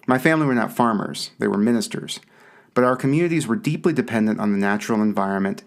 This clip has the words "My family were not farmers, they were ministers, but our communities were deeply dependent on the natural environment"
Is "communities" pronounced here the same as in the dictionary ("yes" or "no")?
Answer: yes